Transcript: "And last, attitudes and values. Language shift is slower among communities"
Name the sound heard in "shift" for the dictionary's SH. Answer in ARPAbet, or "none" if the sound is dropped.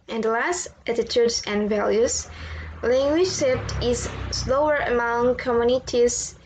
S